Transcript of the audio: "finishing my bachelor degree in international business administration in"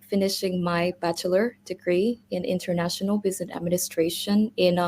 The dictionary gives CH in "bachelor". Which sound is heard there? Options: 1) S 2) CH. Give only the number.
2